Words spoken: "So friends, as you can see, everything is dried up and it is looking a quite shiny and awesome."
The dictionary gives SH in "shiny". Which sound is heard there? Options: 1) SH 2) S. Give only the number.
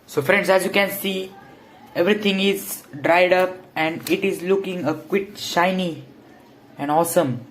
1